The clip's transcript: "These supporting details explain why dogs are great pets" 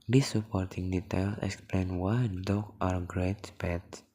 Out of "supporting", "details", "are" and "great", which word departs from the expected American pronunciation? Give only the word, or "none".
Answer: details